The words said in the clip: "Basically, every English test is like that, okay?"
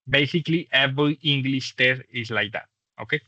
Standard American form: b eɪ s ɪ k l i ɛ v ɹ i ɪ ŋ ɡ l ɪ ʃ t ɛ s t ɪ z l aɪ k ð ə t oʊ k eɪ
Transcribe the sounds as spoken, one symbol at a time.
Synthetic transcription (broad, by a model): b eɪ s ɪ k l i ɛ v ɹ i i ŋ ɡ l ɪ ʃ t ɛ t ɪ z l aɪ k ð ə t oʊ k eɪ